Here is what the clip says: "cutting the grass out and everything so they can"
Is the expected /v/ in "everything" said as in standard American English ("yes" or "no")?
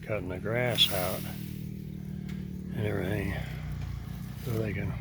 no